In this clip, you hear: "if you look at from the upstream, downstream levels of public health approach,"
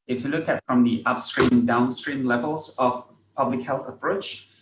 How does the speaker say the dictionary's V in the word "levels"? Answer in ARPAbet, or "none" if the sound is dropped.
V